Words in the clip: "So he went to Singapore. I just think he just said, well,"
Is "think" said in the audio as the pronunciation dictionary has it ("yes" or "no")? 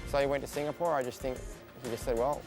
yes